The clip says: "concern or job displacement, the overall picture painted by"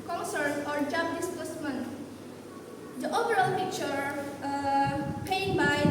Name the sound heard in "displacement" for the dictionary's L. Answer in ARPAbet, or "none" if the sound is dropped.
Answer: none